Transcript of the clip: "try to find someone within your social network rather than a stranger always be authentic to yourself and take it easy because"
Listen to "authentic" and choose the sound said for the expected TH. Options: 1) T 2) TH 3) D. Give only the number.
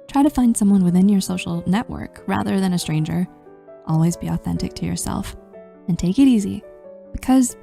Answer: 2